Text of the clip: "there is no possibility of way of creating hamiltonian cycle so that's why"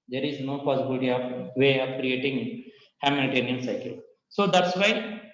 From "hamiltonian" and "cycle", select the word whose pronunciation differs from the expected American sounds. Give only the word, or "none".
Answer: hamiltonian